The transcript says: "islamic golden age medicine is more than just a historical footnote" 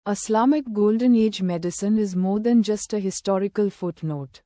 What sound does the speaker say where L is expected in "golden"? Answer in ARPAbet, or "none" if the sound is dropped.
L